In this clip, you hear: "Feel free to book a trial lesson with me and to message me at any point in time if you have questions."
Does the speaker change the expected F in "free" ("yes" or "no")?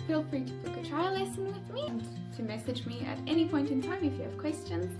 yes